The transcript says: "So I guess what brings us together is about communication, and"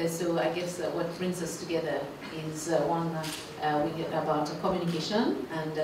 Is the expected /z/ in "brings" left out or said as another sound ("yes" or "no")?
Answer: no